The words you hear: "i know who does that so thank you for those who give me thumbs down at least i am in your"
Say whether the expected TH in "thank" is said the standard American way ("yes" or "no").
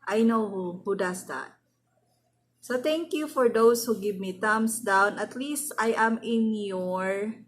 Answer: no